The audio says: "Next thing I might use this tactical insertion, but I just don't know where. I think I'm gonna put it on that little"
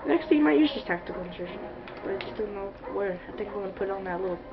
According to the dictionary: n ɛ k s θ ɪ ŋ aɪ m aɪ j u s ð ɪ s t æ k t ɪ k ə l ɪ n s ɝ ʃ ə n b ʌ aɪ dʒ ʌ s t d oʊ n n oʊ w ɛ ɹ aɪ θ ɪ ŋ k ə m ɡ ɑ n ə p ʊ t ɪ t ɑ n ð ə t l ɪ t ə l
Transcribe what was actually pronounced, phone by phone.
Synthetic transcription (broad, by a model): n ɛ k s t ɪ m aɪ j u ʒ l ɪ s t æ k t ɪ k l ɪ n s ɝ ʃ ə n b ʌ aɪ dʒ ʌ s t d oʊ n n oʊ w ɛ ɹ aɪ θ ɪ ŋ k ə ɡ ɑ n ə p ʊ t ɪ t n ð ə t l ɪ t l